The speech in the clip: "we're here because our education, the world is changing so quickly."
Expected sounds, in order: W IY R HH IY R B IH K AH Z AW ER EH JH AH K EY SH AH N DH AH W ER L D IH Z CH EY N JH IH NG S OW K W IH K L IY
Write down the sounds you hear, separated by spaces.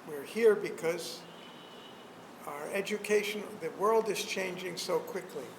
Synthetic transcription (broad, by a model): W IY R HH IY R B IH K AH Z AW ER EH JH AH K EY SH AH N DH AH W ER L D IH Z CH EY N JH IH NG S OW K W IH K L IY